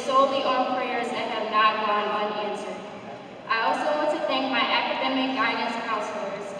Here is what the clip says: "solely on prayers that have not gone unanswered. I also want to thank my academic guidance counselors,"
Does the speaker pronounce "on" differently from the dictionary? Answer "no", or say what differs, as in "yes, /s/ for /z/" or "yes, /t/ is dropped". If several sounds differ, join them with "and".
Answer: yes, /l/ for /n/